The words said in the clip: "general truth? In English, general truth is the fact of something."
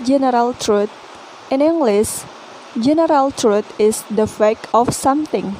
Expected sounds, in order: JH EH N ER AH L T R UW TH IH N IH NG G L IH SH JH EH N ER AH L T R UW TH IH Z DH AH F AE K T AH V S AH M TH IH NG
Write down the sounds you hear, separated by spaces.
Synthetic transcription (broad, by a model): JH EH N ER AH L T R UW T IH N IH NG G L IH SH JH EH N ER AH L T R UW T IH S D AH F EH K AH F S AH M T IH NG